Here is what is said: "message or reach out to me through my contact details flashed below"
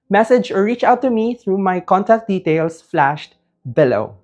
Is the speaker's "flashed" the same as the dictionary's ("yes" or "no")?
yes